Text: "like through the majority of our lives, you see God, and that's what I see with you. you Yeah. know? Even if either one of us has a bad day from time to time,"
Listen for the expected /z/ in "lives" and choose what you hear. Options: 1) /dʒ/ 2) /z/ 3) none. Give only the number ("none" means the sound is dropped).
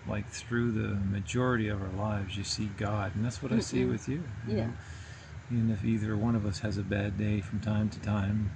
2